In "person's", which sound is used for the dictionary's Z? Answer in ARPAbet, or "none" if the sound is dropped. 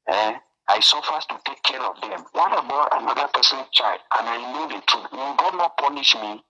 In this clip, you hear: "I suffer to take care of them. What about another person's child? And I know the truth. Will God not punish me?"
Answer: none